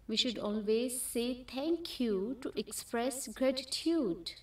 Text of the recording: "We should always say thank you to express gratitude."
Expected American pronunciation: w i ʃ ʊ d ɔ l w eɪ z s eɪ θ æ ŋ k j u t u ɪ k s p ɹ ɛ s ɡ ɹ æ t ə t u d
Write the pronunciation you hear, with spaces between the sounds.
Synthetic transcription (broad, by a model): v i ʃ ʊ d ɔ l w eɪ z s eɪ t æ ŋ k j u t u ɪ k s p ɹ ɛ s ɡ ɹ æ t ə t u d